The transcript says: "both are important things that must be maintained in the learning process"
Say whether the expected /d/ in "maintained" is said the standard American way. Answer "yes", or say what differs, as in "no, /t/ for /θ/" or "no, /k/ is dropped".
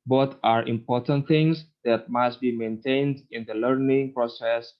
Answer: yes